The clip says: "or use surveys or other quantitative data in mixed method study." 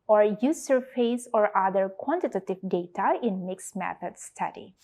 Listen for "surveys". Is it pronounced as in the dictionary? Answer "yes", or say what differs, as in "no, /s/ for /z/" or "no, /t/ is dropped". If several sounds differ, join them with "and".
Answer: no, /f/ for /v/